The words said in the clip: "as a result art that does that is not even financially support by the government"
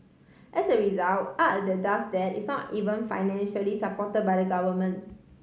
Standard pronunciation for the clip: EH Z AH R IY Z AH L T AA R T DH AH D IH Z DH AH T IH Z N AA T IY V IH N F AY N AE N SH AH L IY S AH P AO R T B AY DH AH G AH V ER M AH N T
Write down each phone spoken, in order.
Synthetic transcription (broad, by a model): EH S AH R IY Z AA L T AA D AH D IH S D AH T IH S N AA T IY V IH N F AY N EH N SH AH L IY S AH P AO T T B AY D AH G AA V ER M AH N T